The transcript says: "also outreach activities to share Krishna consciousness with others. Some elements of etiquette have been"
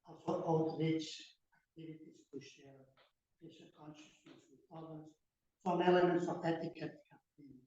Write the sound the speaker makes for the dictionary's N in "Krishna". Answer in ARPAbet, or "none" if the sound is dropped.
none